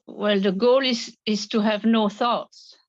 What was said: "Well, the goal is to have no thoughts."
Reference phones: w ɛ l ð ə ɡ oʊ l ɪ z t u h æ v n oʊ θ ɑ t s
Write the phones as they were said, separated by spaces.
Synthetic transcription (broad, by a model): w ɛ l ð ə ɡ oʊ l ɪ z t u h æ v n oʊ θ ɑ t s